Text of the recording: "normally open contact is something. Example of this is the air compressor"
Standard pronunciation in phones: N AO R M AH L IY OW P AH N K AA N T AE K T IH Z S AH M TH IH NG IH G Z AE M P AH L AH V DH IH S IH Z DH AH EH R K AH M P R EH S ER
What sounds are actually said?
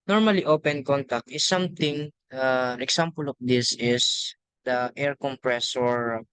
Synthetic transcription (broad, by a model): N AO R M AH L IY OW P AH N K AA N T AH K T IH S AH M T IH NG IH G S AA M P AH L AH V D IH S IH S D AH EH R K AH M P R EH S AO